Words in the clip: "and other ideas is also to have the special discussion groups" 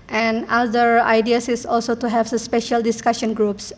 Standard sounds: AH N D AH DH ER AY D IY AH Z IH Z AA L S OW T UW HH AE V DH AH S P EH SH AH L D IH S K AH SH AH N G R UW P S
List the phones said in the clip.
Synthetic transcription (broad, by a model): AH N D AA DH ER AY D IY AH S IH S AA L S OW T UW HH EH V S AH S P EH SH AH L D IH S K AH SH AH N G R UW P S